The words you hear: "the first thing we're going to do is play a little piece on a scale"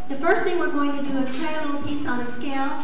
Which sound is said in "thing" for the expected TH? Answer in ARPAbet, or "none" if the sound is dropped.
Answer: TH